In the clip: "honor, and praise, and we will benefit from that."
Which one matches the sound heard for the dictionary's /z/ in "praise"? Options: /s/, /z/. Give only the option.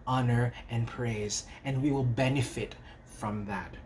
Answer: /z/